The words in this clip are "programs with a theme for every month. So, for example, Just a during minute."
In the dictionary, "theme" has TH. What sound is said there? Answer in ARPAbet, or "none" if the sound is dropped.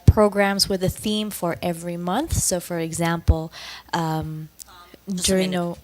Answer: TH